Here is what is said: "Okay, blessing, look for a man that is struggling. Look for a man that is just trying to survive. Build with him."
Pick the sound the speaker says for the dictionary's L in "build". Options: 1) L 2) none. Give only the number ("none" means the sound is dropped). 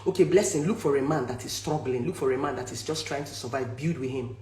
2